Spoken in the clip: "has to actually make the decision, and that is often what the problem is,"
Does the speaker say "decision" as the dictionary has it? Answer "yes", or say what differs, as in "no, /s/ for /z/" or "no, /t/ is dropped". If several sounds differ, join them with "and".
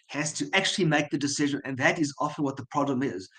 yes